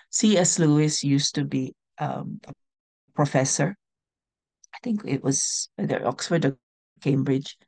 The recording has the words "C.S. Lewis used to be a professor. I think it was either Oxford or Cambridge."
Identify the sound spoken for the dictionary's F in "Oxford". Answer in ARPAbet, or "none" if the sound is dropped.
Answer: F